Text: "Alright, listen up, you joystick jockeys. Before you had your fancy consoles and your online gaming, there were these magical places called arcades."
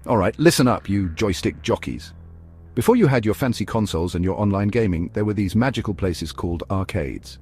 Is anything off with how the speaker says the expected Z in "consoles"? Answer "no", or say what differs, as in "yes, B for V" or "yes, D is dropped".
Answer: no